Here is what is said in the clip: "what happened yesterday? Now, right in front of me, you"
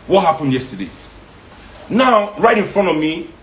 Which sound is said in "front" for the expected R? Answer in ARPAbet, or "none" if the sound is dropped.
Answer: R